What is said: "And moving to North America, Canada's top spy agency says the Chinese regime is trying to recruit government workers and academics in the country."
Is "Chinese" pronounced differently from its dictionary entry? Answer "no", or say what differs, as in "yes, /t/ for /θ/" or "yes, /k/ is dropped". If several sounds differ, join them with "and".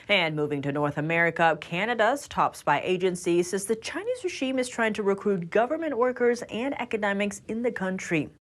no